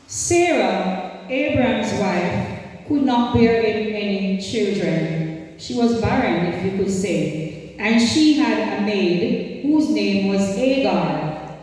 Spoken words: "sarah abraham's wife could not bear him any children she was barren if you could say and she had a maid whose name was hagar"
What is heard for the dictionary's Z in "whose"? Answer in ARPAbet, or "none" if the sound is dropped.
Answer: Z